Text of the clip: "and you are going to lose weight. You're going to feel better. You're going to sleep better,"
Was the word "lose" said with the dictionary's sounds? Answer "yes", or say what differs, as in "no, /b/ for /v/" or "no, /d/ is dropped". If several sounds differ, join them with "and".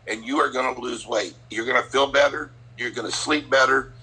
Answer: yes